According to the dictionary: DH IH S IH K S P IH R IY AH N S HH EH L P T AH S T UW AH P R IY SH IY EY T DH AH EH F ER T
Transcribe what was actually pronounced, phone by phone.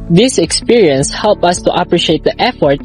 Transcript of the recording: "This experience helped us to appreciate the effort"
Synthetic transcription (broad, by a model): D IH S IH K S P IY R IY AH N S HH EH L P AH S T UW AH P R IY SH IY EY T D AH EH F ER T